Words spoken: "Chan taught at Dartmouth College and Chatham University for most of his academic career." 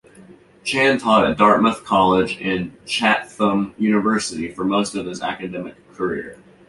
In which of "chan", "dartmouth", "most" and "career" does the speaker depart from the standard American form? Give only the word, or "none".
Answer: none